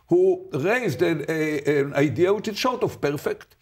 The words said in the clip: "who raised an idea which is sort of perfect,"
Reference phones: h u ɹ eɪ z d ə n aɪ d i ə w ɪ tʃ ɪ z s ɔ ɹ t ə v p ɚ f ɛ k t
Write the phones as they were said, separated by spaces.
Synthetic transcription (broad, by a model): h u ɹ eɪ z d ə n aɪ d i ə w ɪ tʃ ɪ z ʃ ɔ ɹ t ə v p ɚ f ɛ k t